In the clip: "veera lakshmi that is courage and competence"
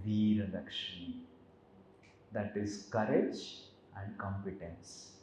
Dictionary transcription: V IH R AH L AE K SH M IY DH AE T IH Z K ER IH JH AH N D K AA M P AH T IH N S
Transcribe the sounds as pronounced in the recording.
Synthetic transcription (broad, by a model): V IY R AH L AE K SH IY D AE T IH Z K ER IH JH AH N D K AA M P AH T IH N S